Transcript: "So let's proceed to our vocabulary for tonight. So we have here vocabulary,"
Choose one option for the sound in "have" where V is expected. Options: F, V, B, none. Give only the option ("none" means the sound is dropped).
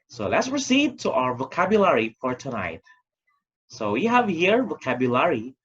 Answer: V